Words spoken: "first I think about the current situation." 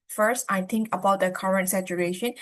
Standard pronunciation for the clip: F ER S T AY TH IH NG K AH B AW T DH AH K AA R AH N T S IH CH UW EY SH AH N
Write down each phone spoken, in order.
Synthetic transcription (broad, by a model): F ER S T AY T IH NG K AH B AW T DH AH K AA R AH N T S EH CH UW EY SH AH N